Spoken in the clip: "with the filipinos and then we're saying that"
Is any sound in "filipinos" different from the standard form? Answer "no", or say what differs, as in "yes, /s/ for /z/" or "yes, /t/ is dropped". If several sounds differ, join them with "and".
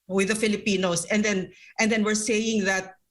yes, /s/ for /z/